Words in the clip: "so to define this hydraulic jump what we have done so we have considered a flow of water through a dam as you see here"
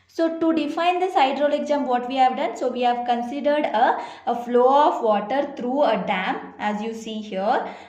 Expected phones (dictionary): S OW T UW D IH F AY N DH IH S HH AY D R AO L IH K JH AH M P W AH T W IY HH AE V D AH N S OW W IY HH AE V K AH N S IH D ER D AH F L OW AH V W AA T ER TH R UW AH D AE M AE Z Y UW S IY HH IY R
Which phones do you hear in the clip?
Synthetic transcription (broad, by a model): S OW T UW D IH F AY N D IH S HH AY D R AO L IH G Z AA M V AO T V IY HH AE V D AH N S OW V IY HH AE V K AH N S IH D ER D AH F L OW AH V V AA T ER T R UW AH D AE M AE Z Y UW S IY HH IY R